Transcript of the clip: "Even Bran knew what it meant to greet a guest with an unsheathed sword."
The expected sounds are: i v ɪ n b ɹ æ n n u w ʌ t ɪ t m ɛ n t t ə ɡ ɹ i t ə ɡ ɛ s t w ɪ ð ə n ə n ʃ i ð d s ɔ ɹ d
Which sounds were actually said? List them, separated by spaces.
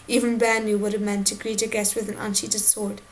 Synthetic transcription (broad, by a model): i v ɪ n b æ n n u w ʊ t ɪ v m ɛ n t t ə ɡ ɹ i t ə ɡ ɛ s t w ɪ ð ə n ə n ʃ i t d s ɔ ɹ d